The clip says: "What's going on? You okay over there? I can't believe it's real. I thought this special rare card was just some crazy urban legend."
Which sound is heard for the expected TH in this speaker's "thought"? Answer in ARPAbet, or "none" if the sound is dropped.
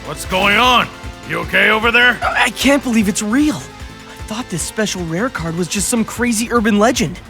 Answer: TH